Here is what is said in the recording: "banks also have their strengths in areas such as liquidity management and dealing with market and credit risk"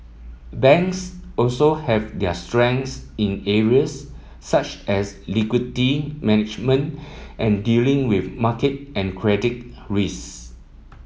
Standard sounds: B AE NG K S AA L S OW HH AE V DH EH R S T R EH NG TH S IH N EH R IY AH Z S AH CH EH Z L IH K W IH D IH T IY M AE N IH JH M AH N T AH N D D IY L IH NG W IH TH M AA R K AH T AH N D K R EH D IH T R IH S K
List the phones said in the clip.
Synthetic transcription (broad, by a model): B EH NG K S AA L S OW HH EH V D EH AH S T R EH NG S IH N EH R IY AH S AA CH EH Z L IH K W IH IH T IY M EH N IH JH M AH N T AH N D D IY L IH NG W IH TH M AA K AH T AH N K R EH D IH T R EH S